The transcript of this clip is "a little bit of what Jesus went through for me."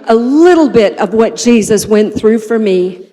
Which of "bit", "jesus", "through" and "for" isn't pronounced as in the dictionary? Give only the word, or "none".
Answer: none